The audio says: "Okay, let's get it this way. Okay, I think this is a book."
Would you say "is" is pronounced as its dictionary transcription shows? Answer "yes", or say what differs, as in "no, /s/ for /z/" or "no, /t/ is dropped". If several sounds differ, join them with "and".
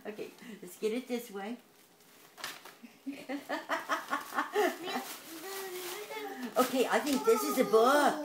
yes